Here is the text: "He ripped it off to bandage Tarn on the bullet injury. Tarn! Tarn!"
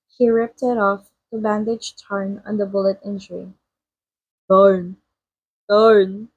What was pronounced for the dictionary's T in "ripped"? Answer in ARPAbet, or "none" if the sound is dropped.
T